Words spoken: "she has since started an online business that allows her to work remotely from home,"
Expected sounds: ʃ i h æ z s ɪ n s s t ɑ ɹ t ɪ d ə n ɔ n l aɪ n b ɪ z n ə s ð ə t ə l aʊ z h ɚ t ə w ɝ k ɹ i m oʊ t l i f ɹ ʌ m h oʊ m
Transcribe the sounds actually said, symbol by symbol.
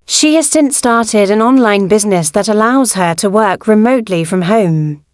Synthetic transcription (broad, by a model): ʃ i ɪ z s ɪ n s s t ɑ ɹ t ɪ d ə n ɔ n l aɪ n b ɪ z n ə s ð ə t ə l aʊ z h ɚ t ə w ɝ k ɹ i m oʊ t l i f ɹ ʌ m h oʊ m